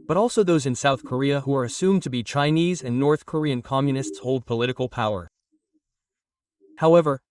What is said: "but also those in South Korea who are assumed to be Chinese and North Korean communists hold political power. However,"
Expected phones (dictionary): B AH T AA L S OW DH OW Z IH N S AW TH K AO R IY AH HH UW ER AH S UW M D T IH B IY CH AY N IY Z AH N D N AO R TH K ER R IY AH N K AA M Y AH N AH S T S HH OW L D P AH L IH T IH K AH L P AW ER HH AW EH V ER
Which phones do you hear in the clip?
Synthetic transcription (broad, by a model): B AH T AA L S OW DH OW Z IH N S AW TH K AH R IY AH HH UW ER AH S UW M T IH B IY CH AY N IY Z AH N N AO R TH K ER R IY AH N K AA M Y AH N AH S T S HH OW L D P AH L IH T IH K L P AW ER HH AW EH V ER